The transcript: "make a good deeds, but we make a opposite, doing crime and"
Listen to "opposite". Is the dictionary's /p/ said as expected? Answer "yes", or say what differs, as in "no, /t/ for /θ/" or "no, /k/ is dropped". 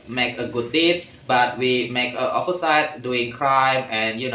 no, /f/ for /p/